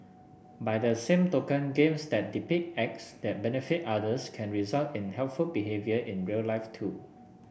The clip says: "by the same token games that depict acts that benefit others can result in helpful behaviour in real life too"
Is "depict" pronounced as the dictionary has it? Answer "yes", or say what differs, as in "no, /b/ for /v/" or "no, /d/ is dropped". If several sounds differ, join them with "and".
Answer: no, /t/ is dropped